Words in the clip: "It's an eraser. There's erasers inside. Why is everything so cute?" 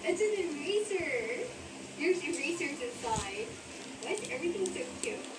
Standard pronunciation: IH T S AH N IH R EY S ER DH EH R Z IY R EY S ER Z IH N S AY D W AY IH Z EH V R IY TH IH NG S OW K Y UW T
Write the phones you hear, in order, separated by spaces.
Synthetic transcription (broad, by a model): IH T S AH N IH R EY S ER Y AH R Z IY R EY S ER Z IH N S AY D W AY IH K EH V R IY TH IH NG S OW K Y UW